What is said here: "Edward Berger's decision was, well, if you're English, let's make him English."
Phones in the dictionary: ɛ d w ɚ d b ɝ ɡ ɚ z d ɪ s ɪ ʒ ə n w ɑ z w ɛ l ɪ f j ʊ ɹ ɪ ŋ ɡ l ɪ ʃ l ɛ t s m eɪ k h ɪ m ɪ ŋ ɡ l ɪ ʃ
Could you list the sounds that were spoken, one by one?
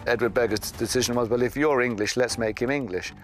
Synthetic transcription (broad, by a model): ɛ d w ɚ d b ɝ ɡ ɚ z d ɪ s ɪ ʒ ə n w ɑ z w ɛ l ɪ f j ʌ ɹ ɪ ŋ ɡ l ɪ ʃ l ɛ t s m eɪ k h ɪ m ɪ ŋ ɡ l ɪ ʃ